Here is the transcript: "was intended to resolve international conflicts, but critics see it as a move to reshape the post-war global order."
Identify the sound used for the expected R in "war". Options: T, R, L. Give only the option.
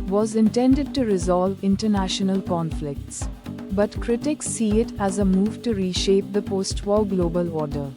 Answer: L